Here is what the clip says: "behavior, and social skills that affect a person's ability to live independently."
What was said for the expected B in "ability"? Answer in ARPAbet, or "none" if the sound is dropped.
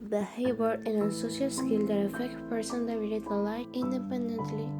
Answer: none